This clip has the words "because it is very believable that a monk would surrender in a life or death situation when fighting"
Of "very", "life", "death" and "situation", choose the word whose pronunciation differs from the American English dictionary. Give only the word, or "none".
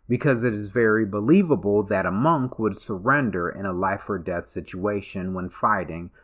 none